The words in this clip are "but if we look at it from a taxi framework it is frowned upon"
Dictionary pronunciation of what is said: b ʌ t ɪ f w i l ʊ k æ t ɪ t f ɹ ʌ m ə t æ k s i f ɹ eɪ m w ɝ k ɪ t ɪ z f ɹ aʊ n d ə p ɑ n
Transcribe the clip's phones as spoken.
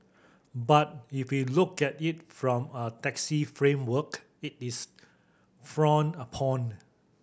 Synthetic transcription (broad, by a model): b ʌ t ɪ f w i l ʊ k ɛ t ɪ t f ɹ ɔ m ə t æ k s i f ɹ eɪ m w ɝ k ɪ t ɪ s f ɹ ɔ n ə p ɑ n